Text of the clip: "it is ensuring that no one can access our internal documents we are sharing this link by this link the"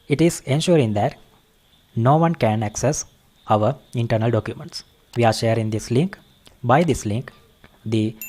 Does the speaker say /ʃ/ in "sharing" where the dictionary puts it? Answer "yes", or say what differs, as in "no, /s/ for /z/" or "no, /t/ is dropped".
yes